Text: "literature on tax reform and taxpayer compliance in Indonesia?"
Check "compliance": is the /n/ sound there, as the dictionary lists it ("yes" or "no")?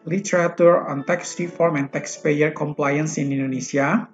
yes